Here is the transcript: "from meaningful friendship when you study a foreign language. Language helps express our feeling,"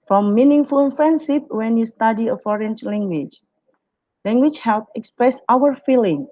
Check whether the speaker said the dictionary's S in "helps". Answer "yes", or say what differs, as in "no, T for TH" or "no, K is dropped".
no, S is dropped